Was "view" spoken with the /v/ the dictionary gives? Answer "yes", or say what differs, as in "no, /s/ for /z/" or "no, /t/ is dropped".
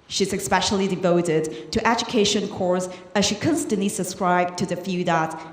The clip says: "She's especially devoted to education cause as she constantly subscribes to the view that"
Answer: no, /f/ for /v/